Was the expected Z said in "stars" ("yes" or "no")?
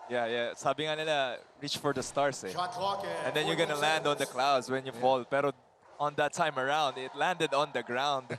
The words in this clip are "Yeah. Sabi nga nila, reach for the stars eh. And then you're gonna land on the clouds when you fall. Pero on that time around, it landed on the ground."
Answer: no